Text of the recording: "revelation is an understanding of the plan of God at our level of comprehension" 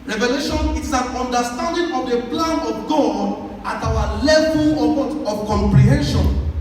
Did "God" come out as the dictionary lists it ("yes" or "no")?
no